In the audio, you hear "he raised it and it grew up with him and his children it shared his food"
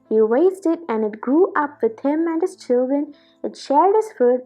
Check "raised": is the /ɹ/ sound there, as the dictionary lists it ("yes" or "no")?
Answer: no